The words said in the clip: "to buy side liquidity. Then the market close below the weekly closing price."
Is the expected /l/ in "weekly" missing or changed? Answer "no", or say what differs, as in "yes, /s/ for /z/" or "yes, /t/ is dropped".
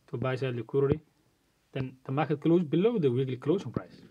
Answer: no